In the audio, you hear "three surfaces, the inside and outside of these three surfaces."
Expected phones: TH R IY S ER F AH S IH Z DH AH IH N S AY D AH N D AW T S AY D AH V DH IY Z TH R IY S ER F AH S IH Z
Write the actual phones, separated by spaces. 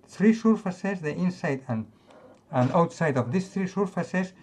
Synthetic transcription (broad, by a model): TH R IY S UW F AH S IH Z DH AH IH N S AY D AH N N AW T S AY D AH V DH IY S TH R IY S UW F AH S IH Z